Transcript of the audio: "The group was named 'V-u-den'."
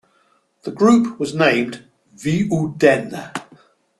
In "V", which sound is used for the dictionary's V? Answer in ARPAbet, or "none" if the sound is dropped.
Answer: V